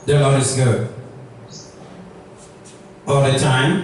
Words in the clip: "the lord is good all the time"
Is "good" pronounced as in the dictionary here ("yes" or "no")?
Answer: no